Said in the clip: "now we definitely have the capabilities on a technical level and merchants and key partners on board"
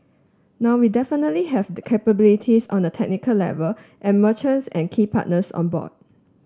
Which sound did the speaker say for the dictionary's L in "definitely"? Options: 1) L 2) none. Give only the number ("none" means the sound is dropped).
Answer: 1